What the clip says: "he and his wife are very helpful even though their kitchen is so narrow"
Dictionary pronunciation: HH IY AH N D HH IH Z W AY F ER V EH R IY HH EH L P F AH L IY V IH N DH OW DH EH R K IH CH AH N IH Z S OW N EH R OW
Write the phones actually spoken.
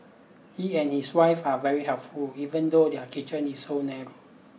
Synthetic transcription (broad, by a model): HH IY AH N HH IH S W AY F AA V EH R IY HH EH L P F AH L IY V IH N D OW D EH K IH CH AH N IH S OW N EH R OW